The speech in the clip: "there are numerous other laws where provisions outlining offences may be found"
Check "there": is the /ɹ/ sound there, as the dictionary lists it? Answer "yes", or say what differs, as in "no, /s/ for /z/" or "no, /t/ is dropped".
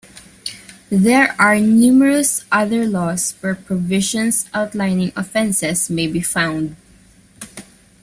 yes